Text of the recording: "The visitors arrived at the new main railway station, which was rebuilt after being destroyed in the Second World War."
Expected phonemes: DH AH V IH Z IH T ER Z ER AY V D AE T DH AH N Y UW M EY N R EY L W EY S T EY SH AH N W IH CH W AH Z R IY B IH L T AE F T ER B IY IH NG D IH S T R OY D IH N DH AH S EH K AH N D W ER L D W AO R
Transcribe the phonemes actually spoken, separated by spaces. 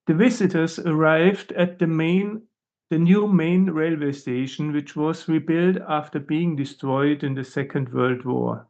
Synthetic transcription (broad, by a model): DH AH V IH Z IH T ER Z ER AY V D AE T DH AH N Y UW M EY N R EY L W EY S T EY SH AH N W IH CH W AH Z R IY B IH L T AE F T ER B IY IH NG D IH S T R OY D IH N DH AH S EH K AH N D W ER L D W AO R